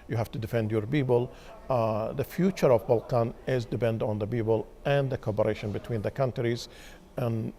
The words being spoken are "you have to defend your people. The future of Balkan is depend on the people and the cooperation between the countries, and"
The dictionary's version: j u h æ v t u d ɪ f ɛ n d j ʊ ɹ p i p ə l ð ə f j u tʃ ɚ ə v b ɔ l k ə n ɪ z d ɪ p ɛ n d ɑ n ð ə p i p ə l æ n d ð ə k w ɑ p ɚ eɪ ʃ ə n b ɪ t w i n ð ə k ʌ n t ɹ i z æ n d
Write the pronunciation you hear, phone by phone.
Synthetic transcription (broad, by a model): j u h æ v t u d ɪ f ɛ n d j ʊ ɹ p i b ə l ð ə f j u tʃ ɚ ə v b ɔ l k ə n ɪ z d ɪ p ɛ n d ɑ n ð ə b i b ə l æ n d ð ə k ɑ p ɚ eɪ ʃ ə n b ɪ t w i n ð ə k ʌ n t ɹ i z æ n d